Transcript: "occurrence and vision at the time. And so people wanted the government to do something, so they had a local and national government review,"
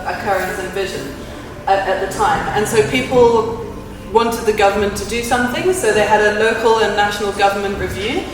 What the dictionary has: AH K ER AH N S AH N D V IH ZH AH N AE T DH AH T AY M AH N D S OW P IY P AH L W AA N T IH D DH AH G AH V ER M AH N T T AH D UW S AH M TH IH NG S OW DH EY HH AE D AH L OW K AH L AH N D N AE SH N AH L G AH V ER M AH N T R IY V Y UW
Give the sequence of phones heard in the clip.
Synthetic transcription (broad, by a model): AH K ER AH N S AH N V IH ZH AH N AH T DH AH T AY M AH N S OW P IY P AH L W AA N T IH D DH AH G AH V ER M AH N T T AH D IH S AH M TH IH NG S OW DH EY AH D AH L OW K AH L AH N N AE SH N AH L G AH V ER M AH N T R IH V Y UW